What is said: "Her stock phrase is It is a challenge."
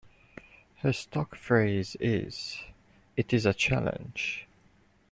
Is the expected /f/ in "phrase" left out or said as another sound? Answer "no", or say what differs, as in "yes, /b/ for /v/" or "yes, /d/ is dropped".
no